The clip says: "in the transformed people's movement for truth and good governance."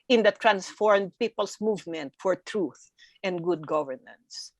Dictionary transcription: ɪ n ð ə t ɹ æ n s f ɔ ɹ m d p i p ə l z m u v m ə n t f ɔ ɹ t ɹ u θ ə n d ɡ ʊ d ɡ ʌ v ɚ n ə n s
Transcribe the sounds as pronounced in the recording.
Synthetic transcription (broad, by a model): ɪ n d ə t ɹ æ n s f ɔ ɹ m d p i p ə l s m u v m ə n t f ɔ ɹ t ɹ u θ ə n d ɡ ʊ d ɡ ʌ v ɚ n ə n s